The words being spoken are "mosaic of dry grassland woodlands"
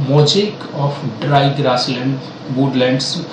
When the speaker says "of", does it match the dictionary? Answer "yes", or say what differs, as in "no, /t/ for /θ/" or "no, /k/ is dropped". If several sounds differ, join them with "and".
no, /p/ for /v/